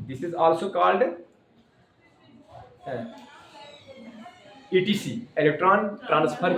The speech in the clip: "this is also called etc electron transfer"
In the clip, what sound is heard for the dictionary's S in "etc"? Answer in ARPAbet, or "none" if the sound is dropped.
none